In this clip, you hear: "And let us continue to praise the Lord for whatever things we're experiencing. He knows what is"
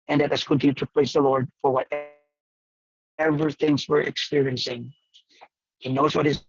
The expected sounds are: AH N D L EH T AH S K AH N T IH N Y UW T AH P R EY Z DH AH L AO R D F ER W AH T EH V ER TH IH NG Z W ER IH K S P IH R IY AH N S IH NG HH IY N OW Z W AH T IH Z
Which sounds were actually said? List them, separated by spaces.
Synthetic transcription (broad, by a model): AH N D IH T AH S K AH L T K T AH P L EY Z DH AH L AO R D F ER W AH T EH V ER TH IH NG Z W ER IH K S P IH R IY AH N S IH NG HH IY N OW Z W AH T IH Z